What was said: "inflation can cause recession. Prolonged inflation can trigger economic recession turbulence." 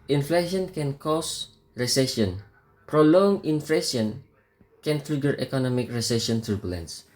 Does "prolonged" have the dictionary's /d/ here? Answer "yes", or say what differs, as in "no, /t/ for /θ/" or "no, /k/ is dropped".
no, /d/ is dropped